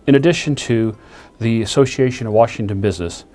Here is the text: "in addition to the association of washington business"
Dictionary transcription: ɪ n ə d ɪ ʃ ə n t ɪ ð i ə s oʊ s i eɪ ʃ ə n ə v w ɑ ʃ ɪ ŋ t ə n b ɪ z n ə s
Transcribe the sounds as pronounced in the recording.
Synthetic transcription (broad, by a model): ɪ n ə d ɪ ʃ ə n t ɪ ð i ə s oʊ s i eɪ ʃ ə n ə v w ɑ ʃ ɪ ŋ t ə n b ɪ z n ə s